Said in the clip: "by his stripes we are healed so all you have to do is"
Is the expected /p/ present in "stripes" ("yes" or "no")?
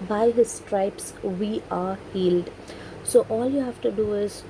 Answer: yes